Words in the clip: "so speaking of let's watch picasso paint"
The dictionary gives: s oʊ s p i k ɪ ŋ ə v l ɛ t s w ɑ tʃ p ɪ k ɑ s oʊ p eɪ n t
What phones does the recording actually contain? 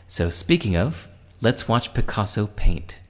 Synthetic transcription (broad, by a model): s oʊ s p i k ɪ ŋ ə v l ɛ t s w ɑ tʃ p ɪ k ɑ s oʊ p eɪ n t